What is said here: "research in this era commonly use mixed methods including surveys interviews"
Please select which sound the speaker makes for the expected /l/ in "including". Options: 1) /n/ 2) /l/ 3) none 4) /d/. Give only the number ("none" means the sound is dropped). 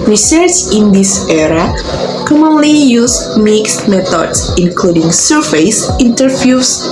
2